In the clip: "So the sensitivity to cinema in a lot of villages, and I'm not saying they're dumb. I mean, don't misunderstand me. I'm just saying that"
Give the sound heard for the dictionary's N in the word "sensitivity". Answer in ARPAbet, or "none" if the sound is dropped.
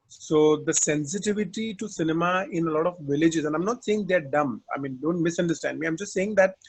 N